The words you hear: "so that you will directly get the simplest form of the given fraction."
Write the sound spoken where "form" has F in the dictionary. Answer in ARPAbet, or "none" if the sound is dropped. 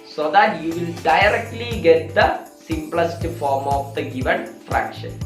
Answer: F